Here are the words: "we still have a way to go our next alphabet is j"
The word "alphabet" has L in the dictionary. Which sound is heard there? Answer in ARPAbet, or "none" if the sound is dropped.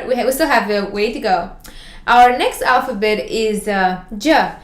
L